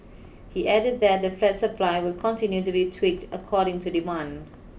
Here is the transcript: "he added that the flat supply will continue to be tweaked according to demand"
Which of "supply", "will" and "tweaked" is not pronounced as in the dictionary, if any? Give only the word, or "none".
none